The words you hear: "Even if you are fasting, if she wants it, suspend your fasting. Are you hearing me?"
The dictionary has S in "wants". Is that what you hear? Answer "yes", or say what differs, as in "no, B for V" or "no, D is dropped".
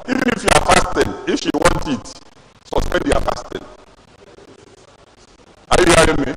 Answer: no, S is dropped